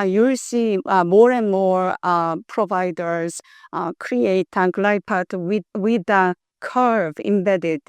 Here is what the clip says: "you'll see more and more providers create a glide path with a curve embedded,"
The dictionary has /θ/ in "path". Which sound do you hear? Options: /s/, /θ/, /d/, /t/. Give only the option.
/t/